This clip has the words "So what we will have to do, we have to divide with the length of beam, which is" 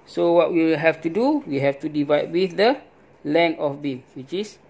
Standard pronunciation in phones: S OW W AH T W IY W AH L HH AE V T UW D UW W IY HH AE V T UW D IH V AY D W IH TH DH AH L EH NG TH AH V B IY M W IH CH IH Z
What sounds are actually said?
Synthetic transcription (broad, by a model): S OW W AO T W IY HH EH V T UW D UW W IY HH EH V T UW D IH V AY D W IH TH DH AH L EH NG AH F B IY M W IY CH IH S